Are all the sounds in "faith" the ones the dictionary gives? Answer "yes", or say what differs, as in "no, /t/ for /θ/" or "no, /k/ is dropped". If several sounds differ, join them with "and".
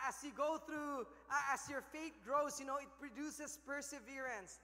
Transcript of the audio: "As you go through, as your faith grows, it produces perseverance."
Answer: no, /t/ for /θ/